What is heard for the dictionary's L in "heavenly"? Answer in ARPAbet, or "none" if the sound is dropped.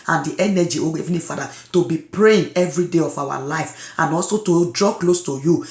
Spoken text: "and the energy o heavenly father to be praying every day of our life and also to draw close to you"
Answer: none